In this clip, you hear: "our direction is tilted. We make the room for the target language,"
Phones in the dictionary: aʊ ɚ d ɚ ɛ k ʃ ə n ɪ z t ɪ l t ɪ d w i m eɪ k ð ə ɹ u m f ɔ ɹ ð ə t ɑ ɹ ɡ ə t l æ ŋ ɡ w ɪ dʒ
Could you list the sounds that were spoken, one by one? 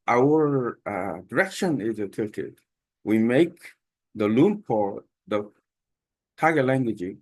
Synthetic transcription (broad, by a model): aʊ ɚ d ɚ ɛ k ʃ ə n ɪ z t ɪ t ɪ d w i m eɪ k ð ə l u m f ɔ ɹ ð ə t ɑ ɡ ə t l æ ŋ ɡ w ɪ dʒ